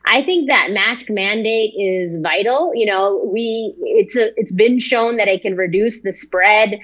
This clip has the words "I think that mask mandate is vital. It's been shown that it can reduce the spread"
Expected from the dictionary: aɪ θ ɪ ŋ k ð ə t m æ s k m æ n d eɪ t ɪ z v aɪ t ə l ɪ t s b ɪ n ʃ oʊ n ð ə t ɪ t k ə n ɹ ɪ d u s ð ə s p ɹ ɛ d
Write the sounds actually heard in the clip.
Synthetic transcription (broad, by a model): aɪ θ ɪ ŋ k ð ə t m æ s k m æ n d eɪ t ɪ z v aɪ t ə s ɪ t s b ɪ n ʃ oʊ n ð ə t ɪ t k ə n ɹ ɪ d u s ð ə s p ɹ ɛ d